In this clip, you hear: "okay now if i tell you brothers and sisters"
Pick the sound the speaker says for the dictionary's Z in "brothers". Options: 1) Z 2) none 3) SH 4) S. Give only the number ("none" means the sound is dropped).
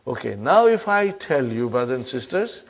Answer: 2